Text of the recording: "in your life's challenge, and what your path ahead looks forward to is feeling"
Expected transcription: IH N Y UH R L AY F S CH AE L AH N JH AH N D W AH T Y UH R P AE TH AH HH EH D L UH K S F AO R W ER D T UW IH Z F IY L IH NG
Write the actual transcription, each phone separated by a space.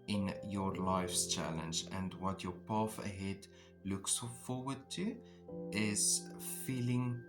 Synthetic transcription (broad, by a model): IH N Y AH R L AY F S CH AE L AH N JH AH N D W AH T Y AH R P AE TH AH HH EH D L UH K S F AO R W ER D T UW IH Z F IY L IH NG